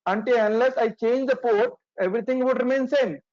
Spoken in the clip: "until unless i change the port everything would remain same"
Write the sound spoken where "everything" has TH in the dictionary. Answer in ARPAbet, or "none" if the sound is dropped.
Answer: T